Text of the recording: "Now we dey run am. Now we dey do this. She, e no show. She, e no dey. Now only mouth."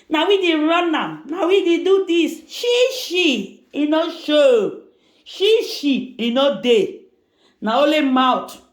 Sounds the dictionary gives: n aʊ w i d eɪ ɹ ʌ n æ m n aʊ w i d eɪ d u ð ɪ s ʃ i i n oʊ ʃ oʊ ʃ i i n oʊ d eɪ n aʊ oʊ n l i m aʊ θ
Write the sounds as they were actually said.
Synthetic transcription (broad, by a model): n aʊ w i d eɪ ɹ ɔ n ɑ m n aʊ w i d eɪ d u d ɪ s ʃ i i n oʊ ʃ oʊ ʃ i i n oʊ d eɪ n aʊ oʊ l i m aʊ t